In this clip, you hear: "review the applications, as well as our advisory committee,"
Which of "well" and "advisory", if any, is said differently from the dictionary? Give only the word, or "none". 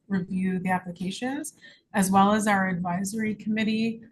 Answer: none